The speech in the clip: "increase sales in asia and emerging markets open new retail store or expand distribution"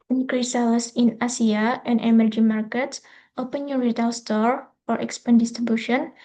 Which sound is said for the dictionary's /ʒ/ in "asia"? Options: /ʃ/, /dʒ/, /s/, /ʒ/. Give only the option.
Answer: /s/